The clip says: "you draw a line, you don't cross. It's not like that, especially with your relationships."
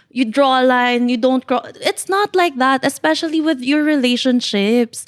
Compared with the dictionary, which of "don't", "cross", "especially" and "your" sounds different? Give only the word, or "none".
cross